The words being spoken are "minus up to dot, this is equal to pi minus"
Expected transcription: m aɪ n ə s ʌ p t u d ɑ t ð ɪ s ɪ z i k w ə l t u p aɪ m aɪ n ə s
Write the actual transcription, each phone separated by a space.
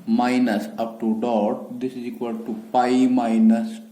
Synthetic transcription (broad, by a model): m aɪ n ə s ʌ p t u d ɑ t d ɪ s ɪ z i k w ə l t u p aɪ m aɪ n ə s